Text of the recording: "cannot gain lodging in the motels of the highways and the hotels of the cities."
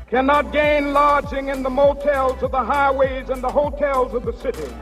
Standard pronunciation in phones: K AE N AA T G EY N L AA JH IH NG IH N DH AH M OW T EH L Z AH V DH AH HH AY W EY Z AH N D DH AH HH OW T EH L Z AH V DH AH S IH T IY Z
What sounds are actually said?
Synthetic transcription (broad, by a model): K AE N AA T G EY N L AA JH IH NG IH N DH AH M OW T EH L Z AH V DH AH HH AY W EY Z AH N DH AH HH OW T EH L Z AH V DH AH S IH T IY